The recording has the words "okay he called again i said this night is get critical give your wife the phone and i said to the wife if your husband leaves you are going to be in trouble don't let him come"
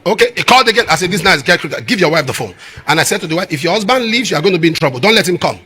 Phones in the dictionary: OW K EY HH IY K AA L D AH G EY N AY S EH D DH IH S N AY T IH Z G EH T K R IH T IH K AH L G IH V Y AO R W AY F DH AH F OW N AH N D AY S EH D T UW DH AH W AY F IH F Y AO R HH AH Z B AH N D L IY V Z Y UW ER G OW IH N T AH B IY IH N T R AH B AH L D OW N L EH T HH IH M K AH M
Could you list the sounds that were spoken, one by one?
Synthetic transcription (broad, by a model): OW K EY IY K AA L D AH G EY N AY S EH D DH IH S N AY IH S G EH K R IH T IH G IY V Y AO W AY F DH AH F OW N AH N AY S EH D T UW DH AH W AY F IH F Y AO HH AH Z B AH N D L IY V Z Y UW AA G OW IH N T AH B IY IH N T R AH B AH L D OW N L EH T HH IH M K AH M